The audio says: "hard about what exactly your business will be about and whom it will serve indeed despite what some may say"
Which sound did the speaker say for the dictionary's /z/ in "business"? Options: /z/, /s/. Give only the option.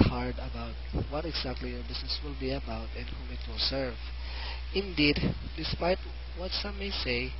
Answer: /s/